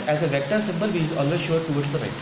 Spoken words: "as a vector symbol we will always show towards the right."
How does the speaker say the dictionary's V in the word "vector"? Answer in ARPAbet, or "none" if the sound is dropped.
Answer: V